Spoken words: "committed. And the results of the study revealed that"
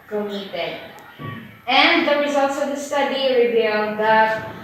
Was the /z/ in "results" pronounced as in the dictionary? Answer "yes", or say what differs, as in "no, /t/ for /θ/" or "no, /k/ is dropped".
yes